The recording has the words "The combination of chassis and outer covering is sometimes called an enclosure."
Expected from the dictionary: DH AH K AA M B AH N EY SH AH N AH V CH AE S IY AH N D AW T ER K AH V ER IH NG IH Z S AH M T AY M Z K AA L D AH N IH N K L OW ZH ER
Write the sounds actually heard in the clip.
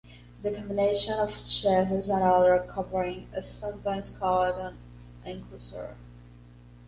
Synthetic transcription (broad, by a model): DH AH K AA M B AH N EY SH AH N AH V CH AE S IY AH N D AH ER K AH V ER IH NG IH Z S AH M T AY M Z K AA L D AH N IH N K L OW S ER